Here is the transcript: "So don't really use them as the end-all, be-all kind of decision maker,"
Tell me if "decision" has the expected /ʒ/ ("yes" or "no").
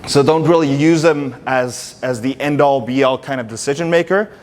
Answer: yes